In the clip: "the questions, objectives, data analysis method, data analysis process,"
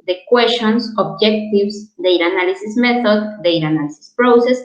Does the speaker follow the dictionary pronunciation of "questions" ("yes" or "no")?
no